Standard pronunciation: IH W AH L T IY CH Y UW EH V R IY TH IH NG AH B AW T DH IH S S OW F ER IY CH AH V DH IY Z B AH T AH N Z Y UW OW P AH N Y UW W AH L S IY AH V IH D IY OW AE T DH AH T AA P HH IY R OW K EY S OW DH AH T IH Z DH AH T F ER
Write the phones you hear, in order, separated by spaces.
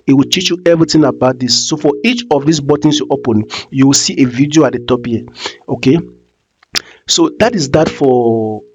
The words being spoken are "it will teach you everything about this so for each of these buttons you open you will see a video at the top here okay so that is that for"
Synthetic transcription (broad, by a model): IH W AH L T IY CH Y UW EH V R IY T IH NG AH B AW T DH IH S S OW F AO IY CH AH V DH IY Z B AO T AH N S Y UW OW P AH N Y UW W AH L S IY AH V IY D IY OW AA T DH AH T AA P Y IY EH OW K EY S OW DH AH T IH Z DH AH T F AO